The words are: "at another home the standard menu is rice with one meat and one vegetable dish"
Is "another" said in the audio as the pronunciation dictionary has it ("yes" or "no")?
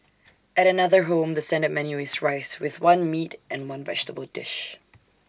yes